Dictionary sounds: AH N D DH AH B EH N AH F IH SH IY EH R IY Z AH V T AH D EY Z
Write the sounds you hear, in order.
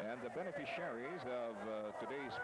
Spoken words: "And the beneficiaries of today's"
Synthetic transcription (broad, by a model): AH N DH AH B EH N AH F IH SH IY EH R IY Z AH V T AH D EY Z